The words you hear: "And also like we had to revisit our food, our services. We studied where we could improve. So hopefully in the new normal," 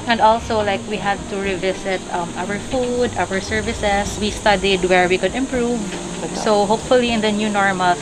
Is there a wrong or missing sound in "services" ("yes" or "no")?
yes